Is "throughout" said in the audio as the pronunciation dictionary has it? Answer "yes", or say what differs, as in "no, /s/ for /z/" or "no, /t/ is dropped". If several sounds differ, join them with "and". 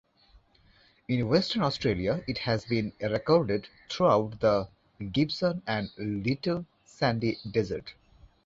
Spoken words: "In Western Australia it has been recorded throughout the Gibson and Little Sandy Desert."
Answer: no, /t/ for /θ/